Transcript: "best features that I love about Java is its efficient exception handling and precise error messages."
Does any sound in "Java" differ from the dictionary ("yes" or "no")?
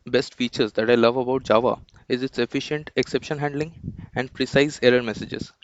no